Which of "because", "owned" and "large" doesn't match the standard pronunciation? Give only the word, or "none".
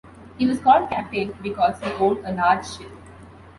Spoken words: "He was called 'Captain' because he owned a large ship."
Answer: owned